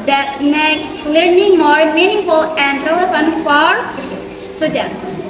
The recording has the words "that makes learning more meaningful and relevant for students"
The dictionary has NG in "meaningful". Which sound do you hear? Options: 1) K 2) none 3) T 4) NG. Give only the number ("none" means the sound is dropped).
2